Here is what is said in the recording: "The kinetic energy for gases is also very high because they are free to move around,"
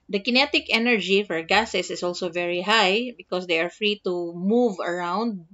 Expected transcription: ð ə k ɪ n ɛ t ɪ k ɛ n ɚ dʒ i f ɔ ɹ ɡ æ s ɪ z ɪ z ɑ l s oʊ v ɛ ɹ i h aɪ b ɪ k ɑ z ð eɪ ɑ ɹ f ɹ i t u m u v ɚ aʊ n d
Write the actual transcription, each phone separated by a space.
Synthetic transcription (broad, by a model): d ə k ɪ n ɛ t ɪ k ɛ n ɚ dʒ i f ɔ ɹ ɡ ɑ s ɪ s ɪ s ɑ l s oʊ v ɛ ɹ i h aɪ b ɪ k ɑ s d eɪ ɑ ɹ f ɹ i t u m u v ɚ aʊ n d